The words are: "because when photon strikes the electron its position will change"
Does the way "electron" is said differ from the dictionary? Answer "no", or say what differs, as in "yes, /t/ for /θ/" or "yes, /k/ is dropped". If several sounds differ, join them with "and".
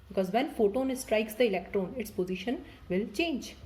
no